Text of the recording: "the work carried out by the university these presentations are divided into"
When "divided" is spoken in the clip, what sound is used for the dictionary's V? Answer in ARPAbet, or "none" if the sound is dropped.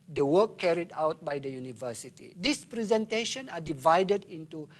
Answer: V